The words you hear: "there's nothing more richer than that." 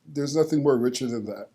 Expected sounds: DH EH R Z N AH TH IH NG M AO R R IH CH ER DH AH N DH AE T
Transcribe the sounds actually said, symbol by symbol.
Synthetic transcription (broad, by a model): DH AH R Z N AH TH IH NG M AO R R IH CH ER DH AH N DH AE T